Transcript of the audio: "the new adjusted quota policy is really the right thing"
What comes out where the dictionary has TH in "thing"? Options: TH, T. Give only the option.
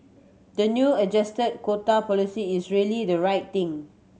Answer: T